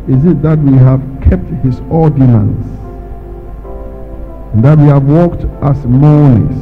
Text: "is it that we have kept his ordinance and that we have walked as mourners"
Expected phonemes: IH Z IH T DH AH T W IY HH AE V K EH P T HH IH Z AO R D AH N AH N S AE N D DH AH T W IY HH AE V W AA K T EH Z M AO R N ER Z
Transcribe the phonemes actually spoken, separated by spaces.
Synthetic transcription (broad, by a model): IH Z IH T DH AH T W IY HH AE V K EH P T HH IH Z AO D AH N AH N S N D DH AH T W IY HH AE V W AA K T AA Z M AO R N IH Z